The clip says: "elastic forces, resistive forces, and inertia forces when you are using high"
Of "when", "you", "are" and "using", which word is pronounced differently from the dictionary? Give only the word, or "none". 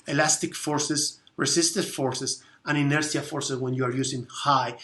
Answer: using